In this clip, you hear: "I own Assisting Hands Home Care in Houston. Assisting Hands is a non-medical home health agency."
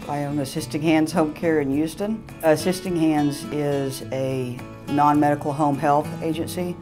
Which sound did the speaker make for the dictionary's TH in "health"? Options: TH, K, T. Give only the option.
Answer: TH